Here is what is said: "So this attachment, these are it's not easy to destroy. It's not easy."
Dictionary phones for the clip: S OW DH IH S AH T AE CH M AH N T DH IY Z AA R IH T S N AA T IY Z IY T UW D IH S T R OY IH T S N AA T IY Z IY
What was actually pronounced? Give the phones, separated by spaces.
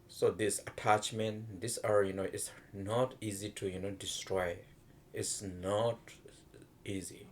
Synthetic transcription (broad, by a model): S OW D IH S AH T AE CH M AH N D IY S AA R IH T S N AA T IY Z IY T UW D IH S T R OY IH T S N AA T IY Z IY